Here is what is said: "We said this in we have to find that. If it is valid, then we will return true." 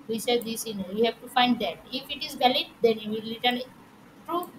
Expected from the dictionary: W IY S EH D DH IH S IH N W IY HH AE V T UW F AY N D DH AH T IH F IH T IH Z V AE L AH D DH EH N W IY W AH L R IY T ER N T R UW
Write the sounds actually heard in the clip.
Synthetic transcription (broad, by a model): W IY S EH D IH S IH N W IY HH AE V T UW F AY N D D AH T IH F IH T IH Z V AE L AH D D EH N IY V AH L L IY T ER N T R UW